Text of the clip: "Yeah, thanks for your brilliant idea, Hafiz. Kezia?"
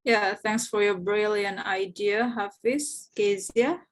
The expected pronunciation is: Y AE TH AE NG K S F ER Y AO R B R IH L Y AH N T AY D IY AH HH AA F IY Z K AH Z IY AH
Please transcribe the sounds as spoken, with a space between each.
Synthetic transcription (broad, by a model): Y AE TH AE NG K S F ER Y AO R B R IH L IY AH N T AY D IY AH HH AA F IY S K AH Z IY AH